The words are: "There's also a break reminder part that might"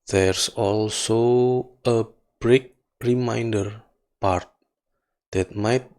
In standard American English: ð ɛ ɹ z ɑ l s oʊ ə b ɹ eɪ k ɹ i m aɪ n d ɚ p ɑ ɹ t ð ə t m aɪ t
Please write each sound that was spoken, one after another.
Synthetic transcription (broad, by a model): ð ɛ ɹ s ɑ l s oʊ ə b ɹ eɪ k ɹ i m aɪ n d ɚ p ɑ ɹ t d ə t m aɪ t